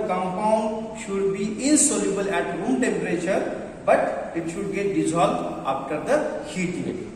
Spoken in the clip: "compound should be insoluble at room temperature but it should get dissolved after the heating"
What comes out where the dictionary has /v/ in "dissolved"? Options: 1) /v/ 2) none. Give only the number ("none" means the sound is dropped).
2